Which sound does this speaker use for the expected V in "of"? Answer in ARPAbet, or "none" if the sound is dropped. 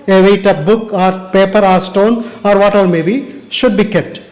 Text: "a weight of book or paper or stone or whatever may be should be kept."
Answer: P